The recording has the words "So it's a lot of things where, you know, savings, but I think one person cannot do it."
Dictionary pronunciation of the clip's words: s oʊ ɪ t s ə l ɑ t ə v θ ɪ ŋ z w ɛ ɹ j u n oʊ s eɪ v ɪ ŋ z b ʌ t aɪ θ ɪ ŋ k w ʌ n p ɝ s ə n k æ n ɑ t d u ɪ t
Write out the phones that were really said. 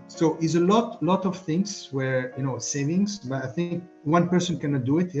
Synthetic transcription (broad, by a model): s oʊ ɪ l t ə l ɑ t ə v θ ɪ ŋ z w ɛ ɹ j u n oʊ s eɪ v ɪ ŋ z b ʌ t aɪ θ ɪ ŋ k w ʌ n p ɝ s ə n k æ n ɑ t d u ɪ t